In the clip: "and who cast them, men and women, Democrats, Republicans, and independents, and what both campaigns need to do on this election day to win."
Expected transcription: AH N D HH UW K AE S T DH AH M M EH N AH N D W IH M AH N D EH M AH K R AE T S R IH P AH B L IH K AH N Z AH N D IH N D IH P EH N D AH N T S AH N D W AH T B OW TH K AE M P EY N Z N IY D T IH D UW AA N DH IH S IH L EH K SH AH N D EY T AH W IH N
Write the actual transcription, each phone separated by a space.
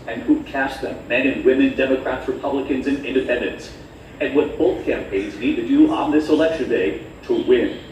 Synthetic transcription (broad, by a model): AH N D HH UW K AE S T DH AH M M EH N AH N W IH M AH N D EH M AH K R AE T S R IH P AH B L IH K AH N Z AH N IH N D IH P EH N D AH N T S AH N W AH T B OW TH K AE M P EY N Z N IY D T IH D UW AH N DH IH S IH L EH K SH AH N D EY T AH W IH N